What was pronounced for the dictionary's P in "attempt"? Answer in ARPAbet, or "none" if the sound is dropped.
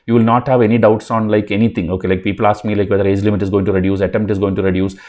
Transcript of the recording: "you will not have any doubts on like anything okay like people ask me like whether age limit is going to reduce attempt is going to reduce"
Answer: none